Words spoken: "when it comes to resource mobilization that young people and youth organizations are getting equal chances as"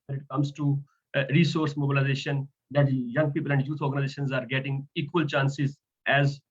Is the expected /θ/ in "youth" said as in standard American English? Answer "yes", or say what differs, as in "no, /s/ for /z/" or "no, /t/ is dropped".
no, /t/ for /θ/